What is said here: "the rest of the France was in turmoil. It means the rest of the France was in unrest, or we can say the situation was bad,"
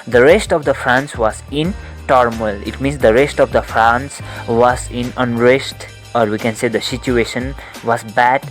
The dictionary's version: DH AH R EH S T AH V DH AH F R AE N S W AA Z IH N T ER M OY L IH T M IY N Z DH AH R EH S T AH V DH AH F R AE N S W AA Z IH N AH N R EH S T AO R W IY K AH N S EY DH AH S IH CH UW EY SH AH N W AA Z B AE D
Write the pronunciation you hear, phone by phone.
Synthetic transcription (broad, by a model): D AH R EH S T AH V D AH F R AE N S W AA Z IH N T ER M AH L IH T M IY N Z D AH R EH S T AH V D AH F R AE N S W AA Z IH N AH N R EH S T AO R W IY K AH N S EY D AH S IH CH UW EY SH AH N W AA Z B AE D